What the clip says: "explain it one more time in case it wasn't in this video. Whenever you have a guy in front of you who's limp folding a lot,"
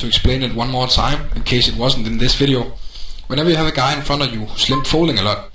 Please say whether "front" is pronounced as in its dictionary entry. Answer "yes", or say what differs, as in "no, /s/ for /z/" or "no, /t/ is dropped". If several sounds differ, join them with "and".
no, /ɹ/ is dropped and /t/ is dropped